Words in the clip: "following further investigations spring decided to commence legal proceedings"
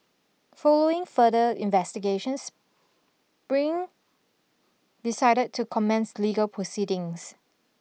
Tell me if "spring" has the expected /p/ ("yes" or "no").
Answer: no